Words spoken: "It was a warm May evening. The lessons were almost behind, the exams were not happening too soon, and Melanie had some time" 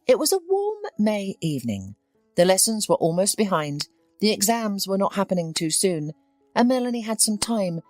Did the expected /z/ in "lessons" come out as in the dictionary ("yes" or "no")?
yes